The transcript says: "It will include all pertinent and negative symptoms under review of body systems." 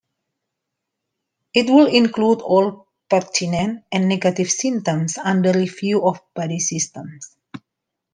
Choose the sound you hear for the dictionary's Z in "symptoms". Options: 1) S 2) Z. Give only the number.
1